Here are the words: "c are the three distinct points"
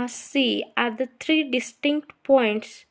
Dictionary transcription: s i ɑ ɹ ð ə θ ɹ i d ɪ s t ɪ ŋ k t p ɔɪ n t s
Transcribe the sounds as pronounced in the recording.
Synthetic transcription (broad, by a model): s i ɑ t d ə t ɹ i d ɪ s t ɪ ŋ k t p ɔɪ n t s